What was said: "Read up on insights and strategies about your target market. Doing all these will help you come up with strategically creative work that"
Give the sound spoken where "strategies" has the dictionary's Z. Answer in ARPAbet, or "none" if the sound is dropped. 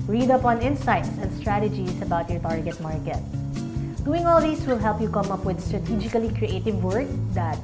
S